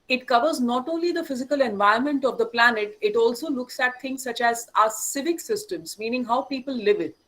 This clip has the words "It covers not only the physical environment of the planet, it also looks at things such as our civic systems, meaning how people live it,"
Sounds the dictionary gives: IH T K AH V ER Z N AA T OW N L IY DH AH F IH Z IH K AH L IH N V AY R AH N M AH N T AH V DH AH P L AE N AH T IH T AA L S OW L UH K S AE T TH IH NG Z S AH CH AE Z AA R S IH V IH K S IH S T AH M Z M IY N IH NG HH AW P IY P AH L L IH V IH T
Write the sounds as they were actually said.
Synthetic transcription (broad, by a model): IH T K AH V ER Z N AA T OW N L IY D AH F IH Z IH K AH L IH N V AY AH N M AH N T AH V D AH P L AE N AH T IH T AA L S OW L UH K S AE T T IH NG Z S AH CH AE Z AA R S IH V IH K S IH S T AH M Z M IY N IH NG HH AW P IY P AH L L IH V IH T